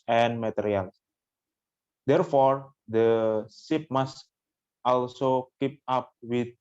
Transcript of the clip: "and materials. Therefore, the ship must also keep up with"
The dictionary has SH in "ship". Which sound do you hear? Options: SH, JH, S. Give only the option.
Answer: S